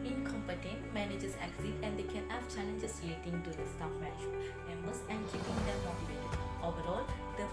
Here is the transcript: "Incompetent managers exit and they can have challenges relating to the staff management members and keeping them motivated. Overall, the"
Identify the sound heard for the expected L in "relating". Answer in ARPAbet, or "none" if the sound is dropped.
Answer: none